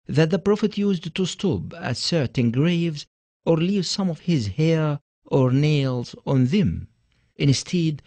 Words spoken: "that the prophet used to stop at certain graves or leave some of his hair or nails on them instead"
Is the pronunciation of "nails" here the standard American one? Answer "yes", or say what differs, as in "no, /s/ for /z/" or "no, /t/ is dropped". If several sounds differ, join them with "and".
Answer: yes